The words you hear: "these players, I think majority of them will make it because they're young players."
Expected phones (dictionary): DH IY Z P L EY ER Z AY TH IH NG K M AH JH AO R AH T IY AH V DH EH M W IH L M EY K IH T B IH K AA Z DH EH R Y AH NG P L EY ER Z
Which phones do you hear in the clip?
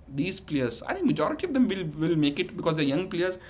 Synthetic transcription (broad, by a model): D IY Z P L EY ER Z AY T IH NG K M AH JH AO R AH T IY AH V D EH M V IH L M EY K IH T B IH K AA Z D EH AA Y AH NG P L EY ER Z